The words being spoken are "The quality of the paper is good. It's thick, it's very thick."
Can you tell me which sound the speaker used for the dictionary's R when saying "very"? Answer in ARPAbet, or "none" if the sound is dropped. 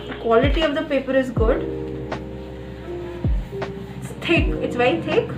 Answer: none